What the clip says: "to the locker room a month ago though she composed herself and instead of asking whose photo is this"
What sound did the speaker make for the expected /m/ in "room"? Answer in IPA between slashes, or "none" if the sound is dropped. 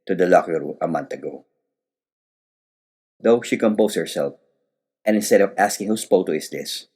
none